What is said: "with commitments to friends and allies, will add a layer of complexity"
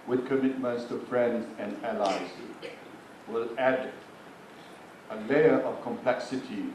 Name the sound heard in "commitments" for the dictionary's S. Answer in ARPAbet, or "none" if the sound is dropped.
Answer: S